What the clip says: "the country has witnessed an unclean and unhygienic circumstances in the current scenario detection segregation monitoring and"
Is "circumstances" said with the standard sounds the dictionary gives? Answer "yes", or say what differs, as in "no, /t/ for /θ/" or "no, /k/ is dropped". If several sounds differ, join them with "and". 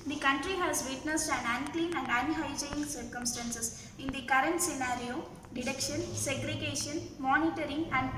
no, /s/ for /z/